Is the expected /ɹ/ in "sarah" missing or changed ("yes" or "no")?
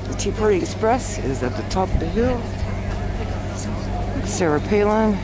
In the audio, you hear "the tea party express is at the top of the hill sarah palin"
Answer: no